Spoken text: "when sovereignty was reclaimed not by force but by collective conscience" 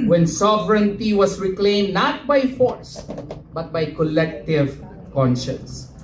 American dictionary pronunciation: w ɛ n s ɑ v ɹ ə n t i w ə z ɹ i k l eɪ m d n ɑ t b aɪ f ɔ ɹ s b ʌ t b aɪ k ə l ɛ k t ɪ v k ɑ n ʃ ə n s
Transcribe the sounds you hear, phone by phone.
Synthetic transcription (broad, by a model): w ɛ n s ɑ v ɹ ə n t i w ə s ɹ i k l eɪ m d n ɑ t b aɪ f ɔ ɹ s b ʌ t b aɪ k ə l ɛ k t ɪ v k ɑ n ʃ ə n s